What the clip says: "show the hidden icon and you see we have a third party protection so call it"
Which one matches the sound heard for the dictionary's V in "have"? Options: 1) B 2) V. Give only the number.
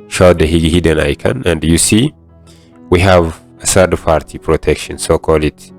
2